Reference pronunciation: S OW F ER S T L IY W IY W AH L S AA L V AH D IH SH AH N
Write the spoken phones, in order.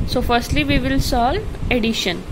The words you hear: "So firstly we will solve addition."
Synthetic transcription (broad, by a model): S OW F ER S T L IY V IY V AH L S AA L AH D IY SH AH N